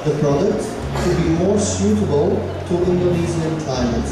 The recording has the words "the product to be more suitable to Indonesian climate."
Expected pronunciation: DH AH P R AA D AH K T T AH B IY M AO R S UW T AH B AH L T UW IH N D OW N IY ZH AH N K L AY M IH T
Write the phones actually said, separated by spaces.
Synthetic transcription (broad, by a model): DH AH P R AA D AH K T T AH B IY M AO R S UW T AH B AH L T UW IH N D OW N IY Z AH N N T AY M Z